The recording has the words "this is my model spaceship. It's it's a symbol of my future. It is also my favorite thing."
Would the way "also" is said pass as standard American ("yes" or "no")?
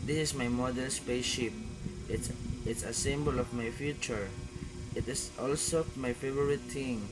yes